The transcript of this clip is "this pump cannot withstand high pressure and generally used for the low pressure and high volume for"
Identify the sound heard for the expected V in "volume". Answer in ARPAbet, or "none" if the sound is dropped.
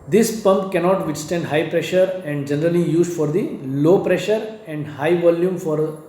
V